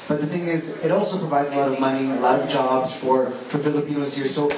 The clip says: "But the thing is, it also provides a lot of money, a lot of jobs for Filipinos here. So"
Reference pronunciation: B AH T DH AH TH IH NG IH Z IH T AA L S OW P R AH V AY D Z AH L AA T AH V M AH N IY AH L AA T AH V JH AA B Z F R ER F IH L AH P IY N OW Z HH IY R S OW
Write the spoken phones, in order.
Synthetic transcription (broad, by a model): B AH T DH AH TH IH NG IH Z IH T AA L S OW P R AH V AY D Z AH L AA T AH V M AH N IY AH L AA T AH V JH AA B Z F R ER F IH L AH P IY N OW Z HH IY R S OW